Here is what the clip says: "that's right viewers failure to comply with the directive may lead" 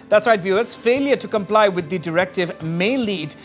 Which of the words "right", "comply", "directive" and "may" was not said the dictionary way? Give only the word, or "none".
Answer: none